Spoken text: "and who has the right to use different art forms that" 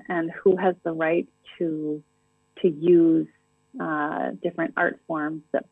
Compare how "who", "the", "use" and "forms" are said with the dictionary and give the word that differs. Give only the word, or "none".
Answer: none